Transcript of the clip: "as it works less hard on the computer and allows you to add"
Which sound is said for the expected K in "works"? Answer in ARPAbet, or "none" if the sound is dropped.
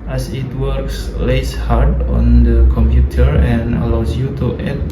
K